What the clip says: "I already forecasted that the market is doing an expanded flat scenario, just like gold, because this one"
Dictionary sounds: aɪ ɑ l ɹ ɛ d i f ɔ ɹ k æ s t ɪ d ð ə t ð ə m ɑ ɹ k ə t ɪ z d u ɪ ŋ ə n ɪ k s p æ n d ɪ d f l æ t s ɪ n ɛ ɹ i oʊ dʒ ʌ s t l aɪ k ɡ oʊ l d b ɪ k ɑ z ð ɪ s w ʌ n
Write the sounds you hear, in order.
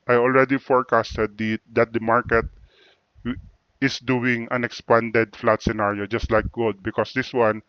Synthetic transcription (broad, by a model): aɪ ɑ l ɹ ɛ d i f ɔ ɹ k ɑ s t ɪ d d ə t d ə m ɑ ɹ k ə t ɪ s d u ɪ ŋ ə n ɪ k s p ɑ n d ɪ d f l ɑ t s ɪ n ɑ ɹ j oʊ dʒ ʌ s t l aɪ k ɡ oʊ d b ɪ k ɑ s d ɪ s w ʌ n